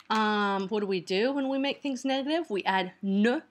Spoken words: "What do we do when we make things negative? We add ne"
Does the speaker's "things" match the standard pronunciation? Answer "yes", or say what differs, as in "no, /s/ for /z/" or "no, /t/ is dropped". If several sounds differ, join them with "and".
yes